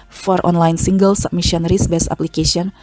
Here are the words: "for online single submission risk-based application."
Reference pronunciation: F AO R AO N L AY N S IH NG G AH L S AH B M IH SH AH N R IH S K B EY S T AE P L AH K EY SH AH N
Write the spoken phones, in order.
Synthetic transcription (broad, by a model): F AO R AO N L AY N S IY NG G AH L S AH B M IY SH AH N R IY S B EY S AA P L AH K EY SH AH N